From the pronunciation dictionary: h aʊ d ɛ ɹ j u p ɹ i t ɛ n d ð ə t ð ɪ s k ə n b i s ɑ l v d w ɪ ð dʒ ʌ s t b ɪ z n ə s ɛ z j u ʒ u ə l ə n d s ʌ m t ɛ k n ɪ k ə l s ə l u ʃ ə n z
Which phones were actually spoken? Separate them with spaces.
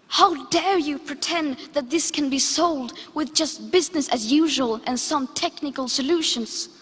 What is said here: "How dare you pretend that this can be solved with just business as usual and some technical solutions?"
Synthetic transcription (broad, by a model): h aʊ d ɛ ɹ j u p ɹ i t ɛ n ð ə t ð ɪ s k ə n b i s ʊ l d w ɪ ð dʒ ʌ s t b ɪ z n ə s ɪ z j u ʒ u ə l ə n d s ʌ m t ɛ k n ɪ k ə l s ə l u ʃ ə n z